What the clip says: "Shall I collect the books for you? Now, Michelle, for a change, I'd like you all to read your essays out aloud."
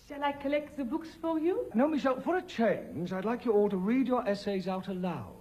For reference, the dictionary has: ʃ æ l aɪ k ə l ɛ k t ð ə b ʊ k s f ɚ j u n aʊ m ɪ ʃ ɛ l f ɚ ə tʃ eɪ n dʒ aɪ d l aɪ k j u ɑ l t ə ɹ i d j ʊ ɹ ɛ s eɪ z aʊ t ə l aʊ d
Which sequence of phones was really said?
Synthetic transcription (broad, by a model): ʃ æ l aɪ k ə l ɛ k t ð ə b ʊ k s f ɚ j u n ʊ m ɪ ʃ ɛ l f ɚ ə tʃ eɪ n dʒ aɪ d l aɪ k j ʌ ɑ l t ə ɹ i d j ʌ ɹ ɛ s eɪ z aʊ t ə l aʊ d